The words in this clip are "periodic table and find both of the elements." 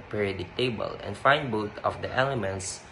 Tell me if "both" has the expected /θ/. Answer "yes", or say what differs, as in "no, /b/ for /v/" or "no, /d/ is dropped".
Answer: no, /t/ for /θ/